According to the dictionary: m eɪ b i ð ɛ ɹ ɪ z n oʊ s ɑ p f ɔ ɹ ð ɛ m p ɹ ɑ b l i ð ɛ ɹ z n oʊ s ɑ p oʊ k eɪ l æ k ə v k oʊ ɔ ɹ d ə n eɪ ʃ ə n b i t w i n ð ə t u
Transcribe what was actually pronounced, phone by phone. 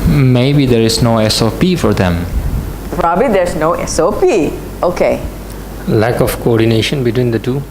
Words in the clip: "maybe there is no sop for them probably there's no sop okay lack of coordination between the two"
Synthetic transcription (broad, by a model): m eɪ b i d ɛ ɹ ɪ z n oʊ s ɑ p f ɔ ɹ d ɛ m p ɹ ɑ b l i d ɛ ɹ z n oʊ s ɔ p oʊ k eɪ l æ k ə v k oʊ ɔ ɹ d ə n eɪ ʃ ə n b i t w i n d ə t u